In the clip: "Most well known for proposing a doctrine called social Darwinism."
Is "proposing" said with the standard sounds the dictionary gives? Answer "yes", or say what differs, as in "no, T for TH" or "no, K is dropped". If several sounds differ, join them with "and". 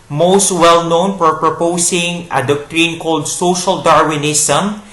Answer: no, S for Z